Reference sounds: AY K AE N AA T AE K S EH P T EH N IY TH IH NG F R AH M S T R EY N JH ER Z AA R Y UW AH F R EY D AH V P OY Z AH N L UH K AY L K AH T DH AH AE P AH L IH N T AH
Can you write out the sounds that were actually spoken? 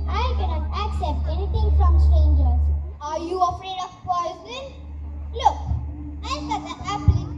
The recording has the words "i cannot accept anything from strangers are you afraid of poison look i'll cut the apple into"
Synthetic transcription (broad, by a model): AY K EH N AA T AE K S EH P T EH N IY T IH NG F R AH M S T R EY N JH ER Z AA R Y UW AH F R EY D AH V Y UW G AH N L UH K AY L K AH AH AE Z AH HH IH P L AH